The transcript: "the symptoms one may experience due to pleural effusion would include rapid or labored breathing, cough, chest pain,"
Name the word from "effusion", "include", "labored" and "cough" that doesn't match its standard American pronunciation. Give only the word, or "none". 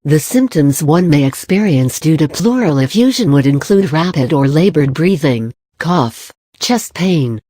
none